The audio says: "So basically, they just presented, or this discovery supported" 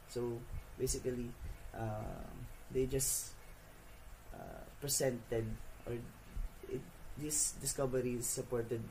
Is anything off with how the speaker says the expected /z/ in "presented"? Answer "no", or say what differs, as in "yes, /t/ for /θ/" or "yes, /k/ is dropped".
yes, /s/ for /z/